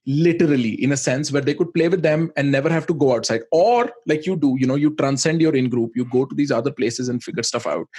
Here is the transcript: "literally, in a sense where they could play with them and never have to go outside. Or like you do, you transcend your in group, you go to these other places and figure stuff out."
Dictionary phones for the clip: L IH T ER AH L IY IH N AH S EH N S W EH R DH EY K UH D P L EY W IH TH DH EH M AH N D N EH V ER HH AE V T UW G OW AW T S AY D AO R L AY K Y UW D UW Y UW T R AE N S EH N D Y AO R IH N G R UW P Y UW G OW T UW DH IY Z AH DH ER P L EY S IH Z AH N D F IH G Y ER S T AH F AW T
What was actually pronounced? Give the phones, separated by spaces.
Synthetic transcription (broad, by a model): L IH T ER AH L IY IH N AH S EH N S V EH R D EY K UH D P L EY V IH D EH M AH N D N EH V ER HH AE V T UW G OW AW T S AY D AO R L AY K Y UW D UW Y UW T R AE N S EH N D Y AO R IH N G R UW P Y UW G OW T UW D IY Z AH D ER P L EY S IH Z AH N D F IH G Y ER S T AH F AW T